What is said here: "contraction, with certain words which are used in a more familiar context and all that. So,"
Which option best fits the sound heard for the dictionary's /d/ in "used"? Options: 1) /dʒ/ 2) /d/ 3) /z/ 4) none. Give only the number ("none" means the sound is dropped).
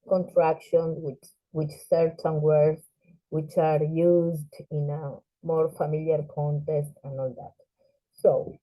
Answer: 2